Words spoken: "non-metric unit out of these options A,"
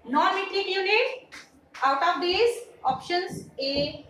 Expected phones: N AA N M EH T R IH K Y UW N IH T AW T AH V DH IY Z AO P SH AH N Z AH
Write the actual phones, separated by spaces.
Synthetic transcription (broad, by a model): N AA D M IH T L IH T Y UW N IH T AW T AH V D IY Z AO P SH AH N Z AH